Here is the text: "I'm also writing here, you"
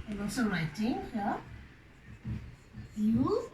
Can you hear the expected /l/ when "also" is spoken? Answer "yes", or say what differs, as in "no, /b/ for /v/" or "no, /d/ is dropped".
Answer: no, /l/ is dropped